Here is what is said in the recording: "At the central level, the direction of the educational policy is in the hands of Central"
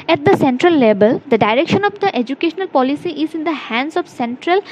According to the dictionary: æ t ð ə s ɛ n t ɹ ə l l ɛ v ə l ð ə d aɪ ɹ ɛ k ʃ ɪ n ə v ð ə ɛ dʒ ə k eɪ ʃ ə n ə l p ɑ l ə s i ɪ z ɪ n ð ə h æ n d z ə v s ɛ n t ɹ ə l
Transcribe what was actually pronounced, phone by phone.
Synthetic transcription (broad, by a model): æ t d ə s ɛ n t ɹ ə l l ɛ b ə l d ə d aɪ ɹ ɛ k ʃ ɪ n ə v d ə ɛ dʒ ə k eɪ ʃ ə n ə l p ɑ l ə s i ɪ z ɪ n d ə h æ n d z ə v s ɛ n t ɹ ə l